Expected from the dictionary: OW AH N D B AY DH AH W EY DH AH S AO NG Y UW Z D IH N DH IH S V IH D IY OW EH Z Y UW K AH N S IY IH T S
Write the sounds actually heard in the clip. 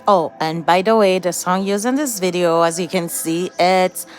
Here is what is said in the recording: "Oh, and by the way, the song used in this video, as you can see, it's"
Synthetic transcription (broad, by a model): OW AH N B AY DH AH W EY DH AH S AO NG Y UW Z IH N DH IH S V IH D IY OW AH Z Y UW K AH N S IY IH T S